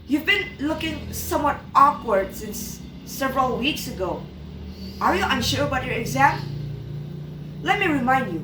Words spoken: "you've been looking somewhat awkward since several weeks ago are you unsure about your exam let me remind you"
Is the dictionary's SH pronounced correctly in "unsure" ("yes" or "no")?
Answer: yes